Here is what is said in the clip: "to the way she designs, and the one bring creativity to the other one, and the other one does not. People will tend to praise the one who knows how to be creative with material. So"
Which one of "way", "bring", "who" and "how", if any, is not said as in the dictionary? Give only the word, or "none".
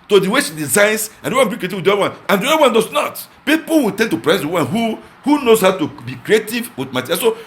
bring